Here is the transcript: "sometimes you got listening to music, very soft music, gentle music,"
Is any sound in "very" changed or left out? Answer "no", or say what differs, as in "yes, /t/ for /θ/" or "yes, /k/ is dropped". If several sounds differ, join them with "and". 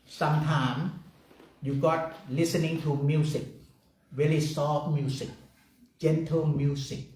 yes, /l/ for /ɹ/